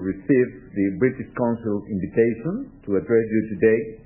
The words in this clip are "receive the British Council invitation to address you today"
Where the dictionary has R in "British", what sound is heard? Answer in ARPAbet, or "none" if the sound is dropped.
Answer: R